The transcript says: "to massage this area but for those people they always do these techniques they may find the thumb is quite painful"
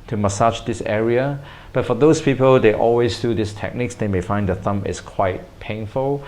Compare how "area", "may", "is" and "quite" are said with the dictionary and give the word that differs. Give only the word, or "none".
is